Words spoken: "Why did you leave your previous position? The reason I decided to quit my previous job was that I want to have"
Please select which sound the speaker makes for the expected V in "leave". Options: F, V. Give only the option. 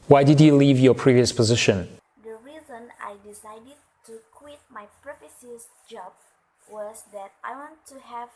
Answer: V